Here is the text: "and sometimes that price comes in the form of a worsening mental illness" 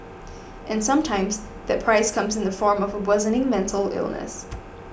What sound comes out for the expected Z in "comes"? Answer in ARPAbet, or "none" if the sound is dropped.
Z